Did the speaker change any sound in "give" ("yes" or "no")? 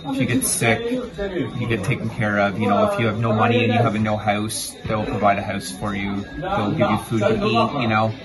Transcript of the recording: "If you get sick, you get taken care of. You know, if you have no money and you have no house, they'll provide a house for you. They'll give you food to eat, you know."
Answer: no